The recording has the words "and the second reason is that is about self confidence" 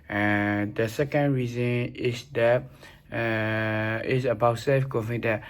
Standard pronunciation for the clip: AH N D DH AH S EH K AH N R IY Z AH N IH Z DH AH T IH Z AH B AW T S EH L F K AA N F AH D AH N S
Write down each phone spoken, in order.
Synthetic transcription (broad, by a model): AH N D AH S EH K AH N R IY Z AH N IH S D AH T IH S AH B AW T S EH L F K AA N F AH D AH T